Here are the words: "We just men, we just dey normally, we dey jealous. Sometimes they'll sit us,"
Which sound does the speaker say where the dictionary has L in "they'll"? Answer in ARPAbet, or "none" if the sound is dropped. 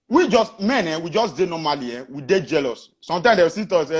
W